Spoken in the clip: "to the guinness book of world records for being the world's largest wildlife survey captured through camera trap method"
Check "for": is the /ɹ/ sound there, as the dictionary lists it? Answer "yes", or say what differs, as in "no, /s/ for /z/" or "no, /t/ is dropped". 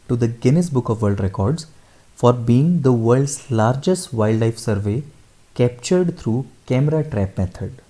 yes